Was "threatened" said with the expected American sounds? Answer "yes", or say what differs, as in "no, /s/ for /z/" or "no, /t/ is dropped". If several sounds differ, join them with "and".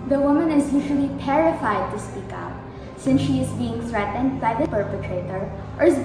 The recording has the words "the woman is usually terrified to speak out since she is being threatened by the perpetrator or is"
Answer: yes